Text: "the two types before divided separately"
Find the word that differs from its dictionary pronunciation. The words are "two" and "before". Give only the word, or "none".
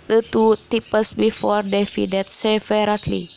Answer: none